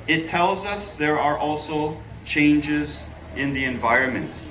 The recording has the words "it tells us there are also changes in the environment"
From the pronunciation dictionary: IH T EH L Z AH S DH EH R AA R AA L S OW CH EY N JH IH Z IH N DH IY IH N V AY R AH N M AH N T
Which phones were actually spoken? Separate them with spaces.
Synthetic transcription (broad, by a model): IH T EH L Z AH S DH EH R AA R AA L S OW CH EY N JH IH Z IH N DH IY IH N V AY R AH N M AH N T